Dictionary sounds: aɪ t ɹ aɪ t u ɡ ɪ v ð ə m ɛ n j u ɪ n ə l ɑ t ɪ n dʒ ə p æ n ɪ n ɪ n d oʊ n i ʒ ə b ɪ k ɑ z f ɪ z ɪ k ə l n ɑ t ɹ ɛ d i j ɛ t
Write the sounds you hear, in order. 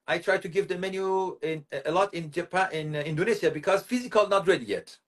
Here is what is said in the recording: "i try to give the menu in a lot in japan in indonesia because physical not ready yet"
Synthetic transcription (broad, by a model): aɪ t ɹ aɪ t u ɡ ɪ v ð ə m ɛ n j u ɪ n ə l ɑ t ɪ n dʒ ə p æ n ɪ n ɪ n d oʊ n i s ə b ɪ k ɑ z f ɪ z ɪ k ə l n ɑ t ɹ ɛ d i j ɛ t